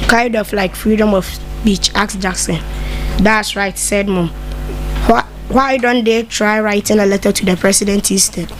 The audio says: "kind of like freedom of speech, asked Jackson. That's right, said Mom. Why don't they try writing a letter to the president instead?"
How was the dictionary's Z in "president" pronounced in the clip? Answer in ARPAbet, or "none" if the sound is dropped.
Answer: S